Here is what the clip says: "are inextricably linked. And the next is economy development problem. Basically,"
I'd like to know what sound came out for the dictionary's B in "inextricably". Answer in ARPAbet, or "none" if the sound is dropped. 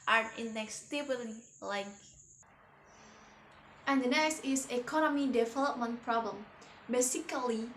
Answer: none